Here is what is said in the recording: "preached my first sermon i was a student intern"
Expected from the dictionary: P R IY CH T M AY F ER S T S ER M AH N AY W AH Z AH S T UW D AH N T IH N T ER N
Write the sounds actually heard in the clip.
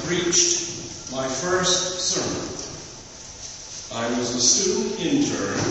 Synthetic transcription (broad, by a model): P R IY CH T M AY F ER S T S ER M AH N AY W AH Z AH S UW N IH N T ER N